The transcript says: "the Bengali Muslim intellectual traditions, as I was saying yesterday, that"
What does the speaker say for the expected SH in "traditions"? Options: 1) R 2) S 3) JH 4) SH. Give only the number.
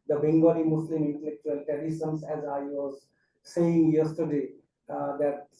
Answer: 2